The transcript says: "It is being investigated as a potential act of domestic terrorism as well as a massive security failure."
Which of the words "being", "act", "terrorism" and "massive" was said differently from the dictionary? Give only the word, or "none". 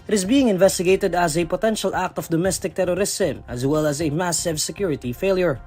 terrorism